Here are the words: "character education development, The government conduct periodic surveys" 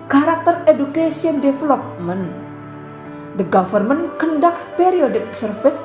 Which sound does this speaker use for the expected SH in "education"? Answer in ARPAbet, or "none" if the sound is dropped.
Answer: S